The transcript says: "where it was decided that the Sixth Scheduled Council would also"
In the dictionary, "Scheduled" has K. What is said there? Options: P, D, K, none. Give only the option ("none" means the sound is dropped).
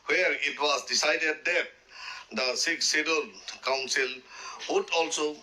none